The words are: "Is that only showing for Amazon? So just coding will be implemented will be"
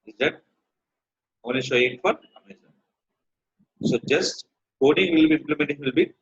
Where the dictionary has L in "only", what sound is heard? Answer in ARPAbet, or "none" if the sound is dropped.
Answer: none